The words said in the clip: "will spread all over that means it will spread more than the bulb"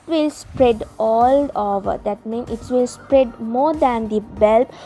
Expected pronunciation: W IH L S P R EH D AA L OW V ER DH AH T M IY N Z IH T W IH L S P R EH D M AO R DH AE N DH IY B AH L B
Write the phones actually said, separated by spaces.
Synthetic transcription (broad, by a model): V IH L S P R EH D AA L OW V ER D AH T M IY N IH T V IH L S P R EH D M AO R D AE N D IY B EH L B